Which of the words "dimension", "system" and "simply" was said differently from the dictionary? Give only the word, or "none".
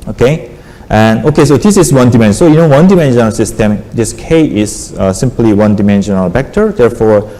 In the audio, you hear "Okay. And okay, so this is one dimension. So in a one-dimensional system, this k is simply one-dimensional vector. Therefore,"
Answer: dimension